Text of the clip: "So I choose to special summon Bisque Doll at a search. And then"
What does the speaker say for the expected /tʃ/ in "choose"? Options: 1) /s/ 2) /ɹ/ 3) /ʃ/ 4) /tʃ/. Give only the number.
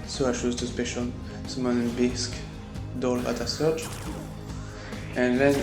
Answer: 3